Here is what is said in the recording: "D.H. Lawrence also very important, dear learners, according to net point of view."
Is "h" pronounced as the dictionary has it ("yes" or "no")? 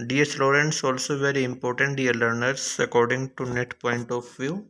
no